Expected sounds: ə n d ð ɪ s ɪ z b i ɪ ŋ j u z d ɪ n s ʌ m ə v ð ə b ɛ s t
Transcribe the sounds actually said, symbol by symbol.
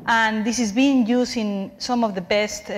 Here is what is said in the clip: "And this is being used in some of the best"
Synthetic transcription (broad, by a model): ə n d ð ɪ s ɪ z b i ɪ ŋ j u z ɪ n s ʌ m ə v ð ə b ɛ s t